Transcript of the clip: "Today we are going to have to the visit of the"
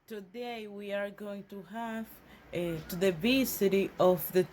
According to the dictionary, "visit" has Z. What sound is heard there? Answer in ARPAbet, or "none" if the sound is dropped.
S